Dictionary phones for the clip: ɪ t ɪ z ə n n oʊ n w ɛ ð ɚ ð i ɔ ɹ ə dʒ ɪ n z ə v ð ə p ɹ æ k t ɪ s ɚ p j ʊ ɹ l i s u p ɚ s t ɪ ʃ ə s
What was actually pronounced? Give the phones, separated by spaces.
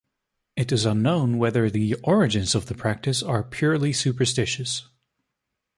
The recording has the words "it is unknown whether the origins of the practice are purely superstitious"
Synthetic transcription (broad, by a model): ɪ t ɪ z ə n n oʊ n w ɛ ð ɚ ð i ɔ ɹ ə dʒ ɪ n z ə v ð ə p ɹ æ k t ɪ s ɚ p j ʊ ɹ l i s u p ɚ s t ɪ ʃ ə s